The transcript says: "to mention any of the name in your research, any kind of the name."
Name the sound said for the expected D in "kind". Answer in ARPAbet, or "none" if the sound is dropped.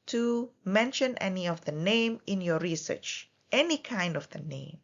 D